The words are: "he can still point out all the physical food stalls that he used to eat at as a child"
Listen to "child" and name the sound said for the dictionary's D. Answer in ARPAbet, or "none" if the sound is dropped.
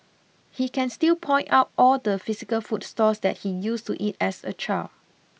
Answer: none